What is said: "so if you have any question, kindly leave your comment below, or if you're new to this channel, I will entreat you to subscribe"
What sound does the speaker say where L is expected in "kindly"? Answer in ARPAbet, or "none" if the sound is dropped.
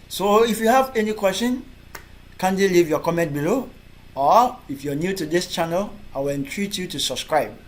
none